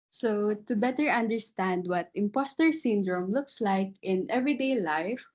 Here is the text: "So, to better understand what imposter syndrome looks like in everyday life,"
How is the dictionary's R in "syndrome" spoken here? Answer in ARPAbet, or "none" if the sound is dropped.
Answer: R